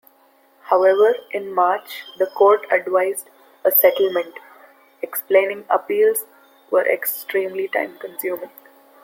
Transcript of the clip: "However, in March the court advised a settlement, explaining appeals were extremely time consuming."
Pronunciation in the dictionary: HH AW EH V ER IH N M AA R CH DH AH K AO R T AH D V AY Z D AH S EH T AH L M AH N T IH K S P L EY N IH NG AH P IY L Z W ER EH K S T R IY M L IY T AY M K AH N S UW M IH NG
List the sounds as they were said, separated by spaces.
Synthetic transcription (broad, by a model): HH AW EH V ER IH N M AA R CH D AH K AO R T AH D V AY Z D AH S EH T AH L M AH N T IH K S P L EY N IH NG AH P IY L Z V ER EH K S T R IY M L IY T AY M K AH N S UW M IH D